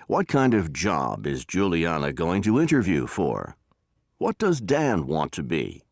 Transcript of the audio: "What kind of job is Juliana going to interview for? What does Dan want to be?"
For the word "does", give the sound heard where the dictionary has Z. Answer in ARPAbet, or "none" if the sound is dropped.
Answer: Z